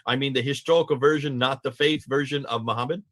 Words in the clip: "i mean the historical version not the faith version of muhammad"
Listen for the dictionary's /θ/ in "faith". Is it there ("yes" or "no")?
yes